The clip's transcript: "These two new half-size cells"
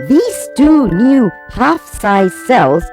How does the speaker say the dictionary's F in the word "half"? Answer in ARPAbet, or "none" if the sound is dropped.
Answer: F